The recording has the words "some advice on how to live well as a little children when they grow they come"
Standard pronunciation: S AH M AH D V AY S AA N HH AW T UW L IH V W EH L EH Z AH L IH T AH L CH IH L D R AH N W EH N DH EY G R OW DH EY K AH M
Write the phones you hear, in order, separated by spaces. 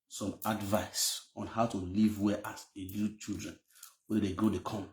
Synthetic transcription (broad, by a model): S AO M AH D V AY S AA N HH AW T UW L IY V W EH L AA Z AH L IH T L CH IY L D R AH N W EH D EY G OW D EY K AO M